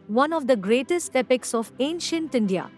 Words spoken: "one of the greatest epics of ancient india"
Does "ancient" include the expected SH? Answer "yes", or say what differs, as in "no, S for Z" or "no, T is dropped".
yes